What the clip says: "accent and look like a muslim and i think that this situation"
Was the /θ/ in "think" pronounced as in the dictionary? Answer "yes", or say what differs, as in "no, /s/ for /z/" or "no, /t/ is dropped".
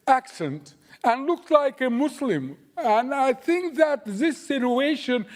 yes